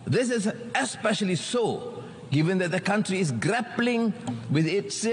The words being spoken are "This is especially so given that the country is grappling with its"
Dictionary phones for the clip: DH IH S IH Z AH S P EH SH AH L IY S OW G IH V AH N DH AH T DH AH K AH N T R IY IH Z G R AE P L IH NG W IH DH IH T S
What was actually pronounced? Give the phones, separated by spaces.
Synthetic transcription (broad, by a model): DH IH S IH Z AH S P EH SH AH L IY S OW G IH V AH N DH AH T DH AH K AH N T R IY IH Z G R AE P L IH NG W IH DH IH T S